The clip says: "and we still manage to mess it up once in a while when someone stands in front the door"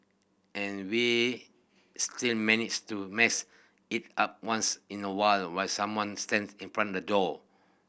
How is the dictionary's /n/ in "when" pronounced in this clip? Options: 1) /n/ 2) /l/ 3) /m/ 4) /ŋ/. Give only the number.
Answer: 2